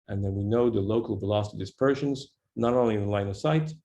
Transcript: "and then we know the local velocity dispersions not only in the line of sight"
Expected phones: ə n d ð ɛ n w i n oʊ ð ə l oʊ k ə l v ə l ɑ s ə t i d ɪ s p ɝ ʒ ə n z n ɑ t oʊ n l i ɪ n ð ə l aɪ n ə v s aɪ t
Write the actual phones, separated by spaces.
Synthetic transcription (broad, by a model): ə n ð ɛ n w i n oʊ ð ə l oʊ k ə l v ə l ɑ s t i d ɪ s p ɝ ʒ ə n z n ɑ t oʊ l i ɪ n l aɪ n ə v s aɪ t